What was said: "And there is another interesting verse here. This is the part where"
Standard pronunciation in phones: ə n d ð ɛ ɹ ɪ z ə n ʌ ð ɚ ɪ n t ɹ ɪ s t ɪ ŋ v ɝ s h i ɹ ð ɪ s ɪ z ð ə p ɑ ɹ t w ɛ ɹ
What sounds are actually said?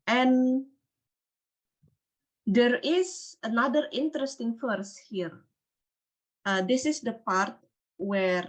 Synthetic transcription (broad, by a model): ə n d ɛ ɹ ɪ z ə n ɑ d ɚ ɪ n t ɹ ɪ s t ɪ ŋ f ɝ s h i ɹ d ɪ s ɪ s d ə p ɑ ɹ t w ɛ ɹ